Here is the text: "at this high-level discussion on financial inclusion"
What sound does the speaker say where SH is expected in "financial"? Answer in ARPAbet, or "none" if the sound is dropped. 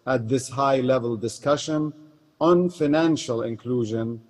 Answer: SH